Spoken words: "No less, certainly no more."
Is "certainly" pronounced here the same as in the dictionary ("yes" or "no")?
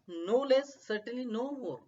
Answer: no